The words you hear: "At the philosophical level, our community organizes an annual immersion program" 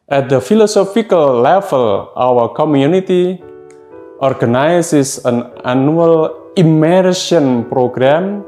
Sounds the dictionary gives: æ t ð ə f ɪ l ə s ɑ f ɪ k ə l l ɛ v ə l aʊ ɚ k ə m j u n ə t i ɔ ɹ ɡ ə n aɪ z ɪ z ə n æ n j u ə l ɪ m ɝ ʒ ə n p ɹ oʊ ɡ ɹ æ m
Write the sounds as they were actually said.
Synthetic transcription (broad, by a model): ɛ t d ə f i l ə s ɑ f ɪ k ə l l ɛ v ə l aʊ ɚ k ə m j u n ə t i ɔ ɹ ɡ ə n aɪ s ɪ s ə n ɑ n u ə l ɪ m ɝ s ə n p ɹ oʊ ɡ ɹ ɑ m